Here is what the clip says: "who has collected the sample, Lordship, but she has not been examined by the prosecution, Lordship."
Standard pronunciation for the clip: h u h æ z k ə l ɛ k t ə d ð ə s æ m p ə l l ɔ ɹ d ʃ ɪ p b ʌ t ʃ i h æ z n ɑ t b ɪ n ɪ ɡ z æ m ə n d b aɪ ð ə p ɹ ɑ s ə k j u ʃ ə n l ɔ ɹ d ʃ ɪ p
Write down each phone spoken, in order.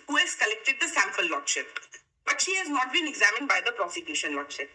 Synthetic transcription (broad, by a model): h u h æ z k ə l ɛ k t ə d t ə s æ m f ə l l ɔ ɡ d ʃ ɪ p b ʌ t ʃ i h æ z n ɑ t b ɪ n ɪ ɡ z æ m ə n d b aɪ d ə p ɹ ɑ s ə k j u ʃ ə n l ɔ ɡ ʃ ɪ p